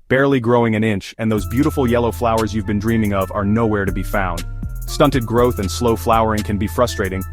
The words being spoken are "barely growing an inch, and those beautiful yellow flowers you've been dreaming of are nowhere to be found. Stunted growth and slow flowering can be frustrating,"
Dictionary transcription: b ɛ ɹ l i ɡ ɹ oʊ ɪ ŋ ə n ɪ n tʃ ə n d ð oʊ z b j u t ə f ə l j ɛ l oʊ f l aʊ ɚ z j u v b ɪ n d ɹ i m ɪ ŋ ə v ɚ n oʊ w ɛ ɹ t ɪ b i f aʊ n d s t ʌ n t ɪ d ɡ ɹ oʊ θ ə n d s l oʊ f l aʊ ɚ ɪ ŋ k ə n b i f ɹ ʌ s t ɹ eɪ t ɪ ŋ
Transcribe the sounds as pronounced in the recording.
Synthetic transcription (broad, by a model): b ɛ ɹ l i ɡ ɹ oʊ ɪ ŋ ə n ɪ n tʃ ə n ð oʊ z b j u t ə f l j ɛ l oʊ f l aʊ ɚ z j u v b ɪ n d ɹ i m ɪ ŋ ə v ɚ n oʊ w ɛ ɹ t ɪ b i f aʊ n d s t ʌ n t ɪ d ɡ ɹ oʊ θ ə n s l oʊ f l aʊ ɚ ɪ ŋ k ə n b i f ɹ ʌ s t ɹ eɪ t ɪ ŋ